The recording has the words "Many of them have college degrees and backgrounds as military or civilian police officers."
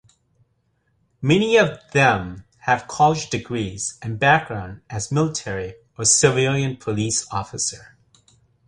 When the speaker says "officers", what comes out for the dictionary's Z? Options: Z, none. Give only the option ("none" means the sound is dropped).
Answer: none